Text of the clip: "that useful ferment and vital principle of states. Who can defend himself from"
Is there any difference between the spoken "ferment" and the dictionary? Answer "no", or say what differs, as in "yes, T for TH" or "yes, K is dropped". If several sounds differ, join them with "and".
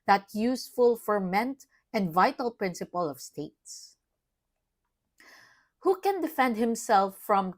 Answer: no